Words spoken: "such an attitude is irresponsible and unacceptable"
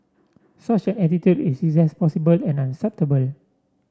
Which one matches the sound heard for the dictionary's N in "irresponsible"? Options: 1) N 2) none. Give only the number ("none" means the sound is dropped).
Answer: 2